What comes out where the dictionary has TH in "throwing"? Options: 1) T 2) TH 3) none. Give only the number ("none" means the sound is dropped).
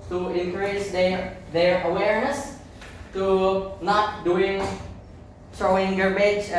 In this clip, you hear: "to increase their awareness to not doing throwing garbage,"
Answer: 1